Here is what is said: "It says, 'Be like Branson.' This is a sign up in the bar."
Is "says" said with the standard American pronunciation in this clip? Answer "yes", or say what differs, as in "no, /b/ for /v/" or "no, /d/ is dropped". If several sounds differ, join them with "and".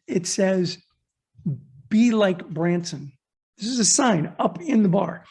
yes